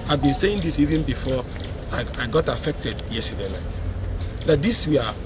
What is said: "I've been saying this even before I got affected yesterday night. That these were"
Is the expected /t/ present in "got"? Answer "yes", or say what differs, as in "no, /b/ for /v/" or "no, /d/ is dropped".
yes